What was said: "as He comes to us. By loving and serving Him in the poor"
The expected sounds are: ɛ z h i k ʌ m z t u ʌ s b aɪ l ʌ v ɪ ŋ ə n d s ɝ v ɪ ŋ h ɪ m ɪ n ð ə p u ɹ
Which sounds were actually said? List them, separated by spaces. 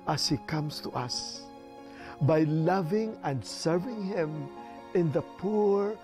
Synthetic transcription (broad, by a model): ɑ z h i k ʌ m s t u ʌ s b aɪ l ʌ v ɪ ŋ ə n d s ɝ v ɪ ŋ h ɪ m ɪ n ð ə p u ɹ